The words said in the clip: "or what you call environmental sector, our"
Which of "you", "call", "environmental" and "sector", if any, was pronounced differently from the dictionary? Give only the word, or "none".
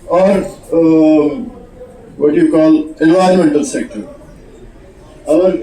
environmental